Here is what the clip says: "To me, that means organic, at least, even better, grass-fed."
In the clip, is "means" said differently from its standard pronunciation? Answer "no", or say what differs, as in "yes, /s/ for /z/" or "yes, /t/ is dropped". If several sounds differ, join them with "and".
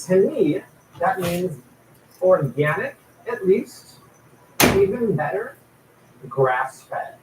no